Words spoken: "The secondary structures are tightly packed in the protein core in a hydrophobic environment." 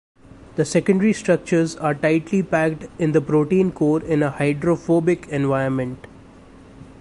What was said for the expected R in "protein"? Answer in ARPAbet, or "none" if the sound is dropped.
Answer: R